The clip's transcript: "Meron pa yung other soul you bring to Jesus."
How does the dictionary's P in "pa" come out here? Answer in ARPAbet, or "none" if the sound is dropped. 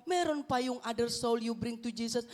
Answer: P